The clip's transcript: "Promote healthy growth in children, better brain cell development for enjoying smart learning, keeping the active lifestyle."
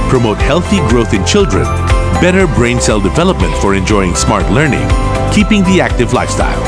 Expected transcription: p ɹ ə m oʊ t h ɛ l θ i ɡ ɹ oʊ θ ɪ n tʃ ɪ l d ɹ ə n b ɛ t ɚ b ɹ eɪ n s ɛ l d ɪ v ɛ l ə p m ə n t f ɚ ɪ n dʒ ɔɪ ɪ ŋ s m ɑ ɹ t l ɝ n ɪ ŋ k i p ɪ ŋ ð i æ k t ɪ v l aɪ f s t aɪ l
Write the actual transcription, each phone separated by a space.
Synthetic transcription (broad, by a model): p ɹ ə m oʊ t h ɛ l θ i ɡ ɹ oʊ θ ɪ n tʃ ɪ l d ɹ ə n b ɛ t ɚ b ɹ eɪ n s ɛ l d ɪ v ɛ l ə p m ə n t f ɚ ɪ n dʒ ɔɪ ɪ ŋ s m ɑ ɹ t l ɝ n ɪ ŋ k i p ɪ ŋ ð i æ k t ɪ v l aɪ f s t aɪ l